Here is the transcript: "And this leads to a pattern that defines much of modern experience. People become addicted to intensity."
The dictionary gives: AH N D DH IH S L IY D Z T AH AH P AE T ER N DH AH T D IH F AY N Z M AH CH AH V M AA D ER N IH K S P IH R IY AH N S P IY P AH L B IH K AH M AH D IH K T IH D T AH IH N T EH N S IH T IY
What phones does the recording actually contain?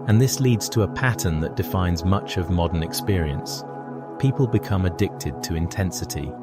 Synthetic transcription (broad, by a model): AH N DH IH S L IY D Z T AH AH P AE T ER N DH AH T D IH F AY N Z M AH CH AH V M AA D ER N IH K S P IH R IY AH N S P IY P AH L B IH K AH M AH D IH K T IH D T AH IH N T EH N S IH T IY